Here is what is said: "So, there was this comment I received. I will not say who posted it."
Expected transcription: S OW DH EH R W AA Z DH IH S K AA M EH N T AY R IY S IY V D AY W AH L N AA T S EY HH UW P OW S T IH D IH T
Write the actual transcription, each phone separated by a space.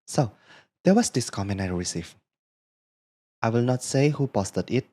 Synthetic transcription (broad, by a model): S OW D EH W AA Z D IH S K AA M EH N AY R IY S IY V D AY W AH L N AA T S EY HH UW P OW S T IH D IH T